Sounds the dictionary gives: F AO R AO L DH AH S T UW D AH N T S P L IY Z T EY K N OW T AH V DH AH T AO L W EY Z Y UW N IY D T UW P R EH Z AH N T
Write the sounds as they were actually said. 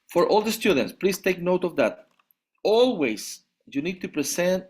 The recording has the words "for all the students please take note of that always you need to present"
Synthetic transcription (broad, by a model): F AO R AO L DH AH S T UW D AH N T S P L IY S T EY K N OW T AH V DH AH T AO L W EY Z Y UW N IY D T UW P R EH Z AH N T